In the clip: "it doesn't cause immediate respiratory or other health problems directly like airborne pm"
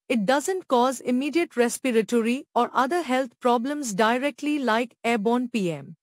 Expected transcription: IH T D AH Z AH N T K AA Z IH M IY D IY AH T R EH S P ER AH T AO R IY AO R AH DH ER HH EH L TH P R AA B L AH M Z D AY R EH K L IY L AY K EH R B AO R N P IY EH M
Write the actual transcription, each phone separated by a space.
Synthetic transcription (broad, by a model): IH T D AH Z AH N T K AA Z IH M IY D IY AH T R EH S P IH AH T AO R IY AO R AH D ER HH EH L T P R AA B L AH M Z D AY R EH K L IY L AY K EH B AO N P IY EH M